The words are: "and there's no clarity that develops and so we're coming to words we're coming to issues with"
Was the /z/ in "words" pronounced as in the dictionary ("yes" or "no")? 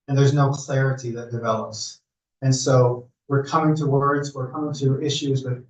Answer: yes